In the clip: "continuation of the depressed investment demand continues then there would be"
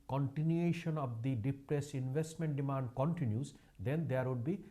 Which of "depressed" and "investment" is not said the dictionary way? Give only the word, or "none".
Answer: depressed